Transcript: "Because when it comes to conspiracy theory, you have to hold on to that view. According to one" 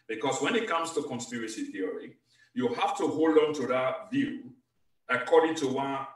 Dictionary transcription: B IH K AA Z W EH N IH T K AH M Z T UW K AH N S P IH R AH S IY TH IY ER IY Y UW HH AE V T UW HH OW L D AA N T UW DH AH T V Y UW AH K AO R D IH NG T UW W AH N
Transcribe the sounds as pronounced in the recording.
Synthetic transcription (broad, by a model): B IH K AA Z W EH N IH T K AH M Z T UW K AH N S P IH R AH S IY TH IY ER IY Y UW HH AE F T UW HH OW L D AA N T UW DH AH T V Y UW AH K AO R D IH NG T UW W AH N